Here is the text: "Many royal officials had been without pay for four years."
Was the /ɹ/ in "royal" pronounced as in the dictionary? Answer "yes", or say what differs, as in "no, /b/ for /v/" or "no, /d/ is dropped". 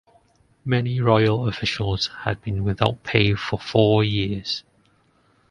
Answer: yes